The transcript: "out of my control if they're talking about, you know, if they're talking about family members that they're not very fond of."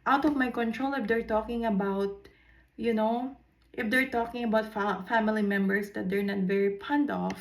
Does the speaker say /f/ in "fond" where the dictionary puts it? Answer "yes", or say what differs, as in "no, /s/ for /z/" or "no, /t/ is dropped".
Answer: no, /p/ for /f/